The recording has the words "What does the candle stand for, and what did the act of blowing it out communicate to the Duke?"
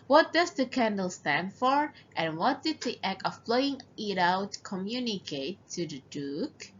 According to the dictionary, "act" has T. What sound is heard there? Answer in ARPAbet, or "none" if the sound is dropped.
none